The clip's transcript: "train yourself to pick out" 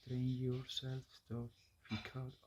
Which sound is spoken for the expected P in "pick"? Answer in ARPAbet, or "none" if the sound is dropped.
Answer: F